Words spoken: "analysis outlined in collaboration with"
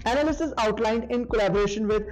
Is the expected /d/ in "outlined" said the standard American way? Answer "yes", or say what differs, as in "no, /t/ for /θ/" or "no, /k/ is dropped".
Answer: yes